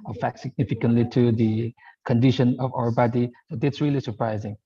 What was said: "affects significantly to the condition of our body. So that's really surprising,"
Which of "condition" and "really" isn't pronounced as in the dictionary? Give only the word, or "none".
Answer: none